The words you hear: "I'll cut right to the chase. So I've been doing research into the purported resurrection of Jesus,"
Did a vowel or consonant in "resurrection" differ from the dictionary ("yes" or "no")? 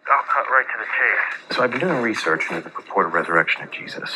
no